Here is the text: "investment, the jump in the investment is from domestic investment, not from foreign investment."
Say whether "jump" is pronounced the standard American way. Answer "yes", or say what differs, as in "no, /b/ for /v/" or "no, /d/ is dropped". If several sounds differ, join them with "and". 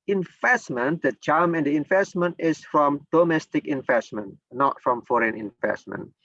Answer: no, /p/ is dropped